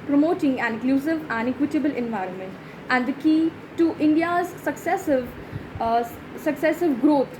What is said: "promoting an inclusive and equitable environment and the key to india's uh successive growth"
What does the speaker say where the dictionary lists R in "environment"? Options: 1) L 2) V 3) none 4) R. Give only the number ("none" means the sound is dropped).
4